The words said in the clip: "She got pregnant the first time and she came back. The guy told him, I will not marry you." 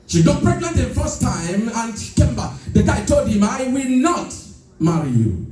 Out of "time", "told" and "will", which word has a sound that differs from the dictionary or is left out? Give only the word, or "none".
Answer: none